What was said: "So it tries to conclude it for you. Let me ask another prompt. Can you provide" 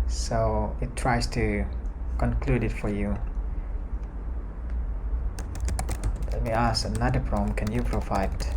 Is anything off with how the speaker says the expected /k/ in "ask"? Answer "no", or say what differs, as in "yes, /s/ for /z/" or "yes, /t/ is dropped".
yes, /k/ is dropped